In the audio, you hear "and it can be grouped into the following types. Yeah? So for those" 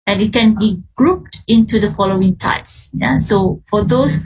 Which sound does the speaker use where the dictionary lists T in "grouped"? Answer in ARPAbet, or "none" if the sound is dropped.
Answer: T